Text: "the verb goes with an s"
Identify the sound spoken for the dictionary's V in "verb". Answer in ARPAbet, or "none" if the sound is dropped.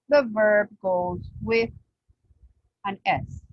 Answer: V